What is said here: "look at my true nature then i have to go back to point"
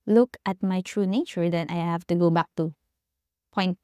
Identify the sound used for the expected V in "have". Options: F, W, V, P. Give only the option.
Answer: F